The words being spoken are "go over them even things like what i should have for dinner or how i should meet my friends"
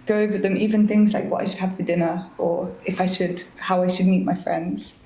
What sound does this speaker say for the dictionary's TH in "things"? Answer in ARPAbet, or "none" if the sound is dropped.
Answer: TH